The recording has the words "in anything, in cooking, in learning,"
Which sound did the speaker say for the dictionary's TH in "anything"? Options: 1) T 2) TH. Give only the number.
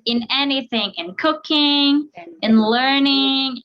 2